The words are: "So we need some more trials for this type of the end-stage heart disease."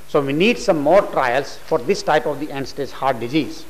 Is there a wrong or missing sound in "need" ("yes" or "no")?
no